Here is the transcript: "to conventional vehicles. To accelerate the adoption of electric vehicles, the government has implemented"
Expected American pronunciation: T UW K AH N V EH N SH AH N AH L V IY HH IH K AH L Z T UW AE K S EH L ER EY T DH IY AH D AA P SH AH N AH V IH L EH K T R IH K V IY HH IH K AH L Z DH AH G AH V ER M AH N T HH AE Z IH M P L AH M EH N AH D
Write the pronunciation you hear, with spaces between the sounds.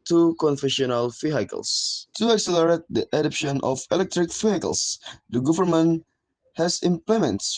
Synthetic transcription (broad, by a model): T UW K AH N F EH SH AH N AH L F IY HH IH K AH L S T UW AE K S EH L ER EY T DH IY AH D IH P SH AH N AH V IH L EH K T R IH K F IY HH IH K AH L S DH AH G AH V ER M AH N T HH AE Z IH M P L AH M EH N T